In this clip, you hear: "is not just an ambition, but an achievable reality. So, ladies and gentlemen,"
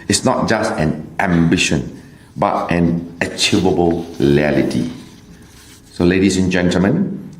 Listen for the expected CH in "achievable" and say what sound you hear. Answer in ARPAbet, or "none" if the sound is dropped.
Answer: CH